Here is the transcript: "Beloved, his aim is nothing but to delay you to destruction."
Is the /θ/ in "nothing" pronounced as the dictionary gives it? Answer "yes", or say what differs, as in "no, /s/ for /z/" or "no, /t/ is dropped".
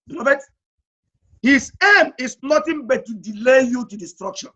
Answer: no, /t/ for /θ/